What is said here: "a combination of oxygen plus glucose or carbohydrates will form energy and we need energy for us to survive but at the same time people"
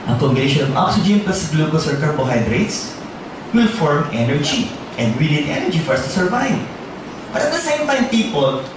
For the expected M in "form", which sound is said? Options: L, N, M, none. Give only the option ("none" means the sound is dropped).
M